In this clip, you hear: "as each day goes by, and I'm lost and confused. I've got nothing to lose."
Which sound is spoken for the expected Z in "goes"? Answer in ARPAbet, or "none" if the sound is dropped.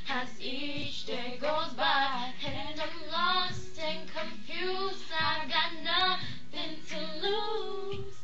Z